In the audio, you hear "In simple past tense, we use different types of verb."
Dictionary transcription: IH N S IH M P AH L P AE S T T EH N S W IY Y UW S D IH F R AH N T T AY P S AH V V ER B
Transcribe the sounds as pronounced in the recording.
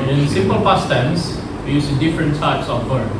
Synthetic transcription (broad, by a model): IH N S IH M P AH L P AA S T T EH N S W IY Y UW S D IH F R AH N T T AY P S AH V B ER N